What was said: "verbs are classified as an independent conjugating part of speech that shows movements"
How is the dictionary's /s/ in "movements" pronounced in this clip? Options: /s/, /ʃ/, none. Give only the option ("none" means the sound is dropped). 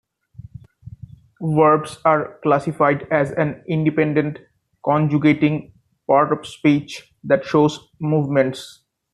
/s/